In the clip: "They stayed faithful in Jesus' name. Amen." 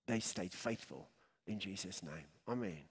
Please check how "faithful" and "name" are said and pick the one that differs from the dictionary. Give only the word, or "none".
none